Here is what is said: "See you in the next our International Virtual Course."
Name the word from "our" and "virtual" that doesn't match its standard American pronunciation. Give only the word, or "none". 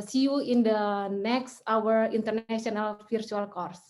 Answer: virtual